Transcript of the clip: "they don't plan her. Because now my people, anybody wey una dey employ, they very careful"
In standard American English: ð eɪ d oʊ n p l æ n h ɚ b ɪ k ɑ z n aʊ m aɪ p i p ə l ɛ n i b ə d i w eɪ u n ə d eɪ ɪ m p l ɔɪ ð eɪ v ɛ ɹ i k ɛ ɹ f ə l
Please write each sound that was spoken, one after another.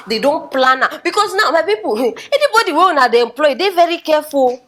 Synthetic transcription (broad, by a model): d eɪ d oʊ n p l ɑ n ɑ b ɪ k ɑ s n aʊ m aɪ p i p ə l ɛ n i b ə d i w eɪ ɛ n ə d eɪ ɪ m p l ɔɪ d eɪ v ɛ ɹ i k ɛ f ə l